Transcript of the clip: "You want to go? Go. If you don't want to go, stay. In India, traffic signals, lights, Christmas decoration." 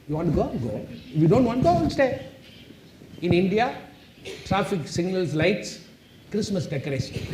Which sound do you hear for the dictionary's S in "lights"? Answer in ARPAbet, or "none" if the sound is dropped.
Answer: S